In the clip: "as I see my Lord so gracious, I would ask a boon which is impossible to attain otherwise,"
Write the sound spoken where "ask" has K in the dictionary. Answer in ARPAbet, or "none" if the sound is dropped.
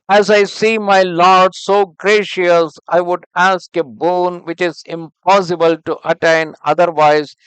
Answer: K